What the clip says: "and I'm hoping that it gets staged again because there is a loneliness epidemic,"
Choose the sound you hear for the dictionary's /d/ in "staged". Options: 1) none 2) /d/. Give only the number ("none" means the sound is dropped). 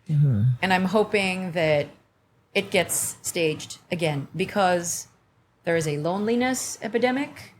2